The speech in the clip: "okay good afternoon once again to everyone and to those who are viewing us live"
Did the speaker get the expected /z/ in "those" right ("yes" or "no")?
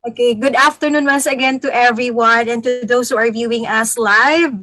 no